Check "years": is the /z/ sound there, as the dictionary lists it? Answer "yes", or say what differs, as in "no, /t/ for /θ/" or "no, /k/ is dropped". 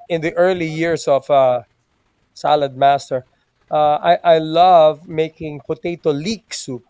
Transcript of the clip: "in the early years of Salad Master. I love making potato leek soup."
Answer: no, /s/ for /z/